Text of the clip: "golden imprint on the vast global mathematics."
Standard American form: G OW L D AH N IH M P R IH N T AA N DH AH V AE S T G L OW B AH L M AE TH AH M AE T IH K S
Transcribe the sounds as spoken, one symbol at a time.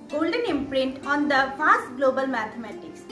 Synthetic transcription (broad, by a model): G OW L D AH N IH M P R IH N T AA N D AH F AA S T G L OW B AH L M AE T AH M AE T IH K S